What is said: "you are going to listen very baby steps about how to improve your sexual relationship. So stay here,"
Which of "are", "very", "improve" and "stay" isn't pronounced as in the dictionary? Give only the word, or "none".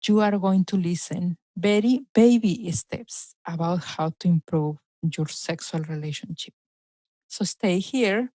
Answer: very